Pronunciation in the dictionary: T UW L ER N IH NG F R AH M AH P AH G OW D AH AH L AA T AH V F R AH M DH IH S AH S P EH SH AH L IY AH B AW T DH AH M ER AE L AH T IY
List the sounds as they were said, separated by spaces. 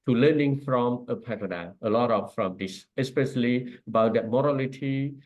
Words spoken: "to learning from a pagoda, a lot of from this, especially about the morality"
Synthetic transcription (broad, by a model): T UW L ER N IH NG F R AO M AH P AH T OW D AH AH L AA T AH P F R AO M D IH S AH S P EH SH AH L IY AH B AW T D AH M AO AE L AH T IY